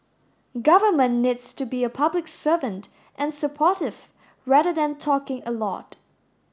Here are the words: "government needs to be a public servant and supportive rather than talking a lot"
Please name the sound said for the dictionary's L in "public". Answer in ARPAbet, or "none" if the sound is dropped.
L